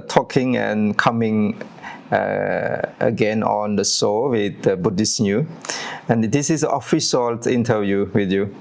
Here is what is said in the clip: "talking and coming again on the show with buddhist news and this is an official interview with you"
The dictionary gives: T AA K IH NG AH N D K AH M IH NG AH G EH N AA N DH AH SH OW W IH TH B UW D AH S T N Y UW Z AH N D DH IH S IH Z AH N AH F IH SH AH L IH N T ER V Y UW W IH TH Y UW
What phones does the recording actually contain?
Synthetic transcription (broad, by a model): T AA K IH NG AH N K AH M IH NG AH G EH N AA N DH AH S OW W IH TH B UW D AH S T N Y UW AH N D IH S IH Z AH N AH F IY S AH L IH N T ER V Y UW W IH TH Y UW